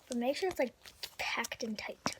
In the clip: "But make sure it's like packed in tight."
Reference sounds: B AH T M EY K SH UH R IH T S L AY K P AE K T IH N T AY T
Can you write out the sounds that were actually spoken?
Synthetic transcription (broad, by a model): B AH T M EY K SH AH R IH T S L AY K P AE K T IH N T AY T